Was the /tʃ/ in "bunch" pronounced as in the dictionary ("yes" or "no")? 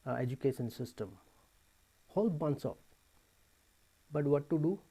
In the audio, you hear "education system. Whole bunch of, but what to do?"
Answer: no